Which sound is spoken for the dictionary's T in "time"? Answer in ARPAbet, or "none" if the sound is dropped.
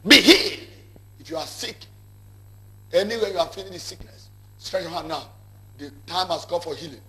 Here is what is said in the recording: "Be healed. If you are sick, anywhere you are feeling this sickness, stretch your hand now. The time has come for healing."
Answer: T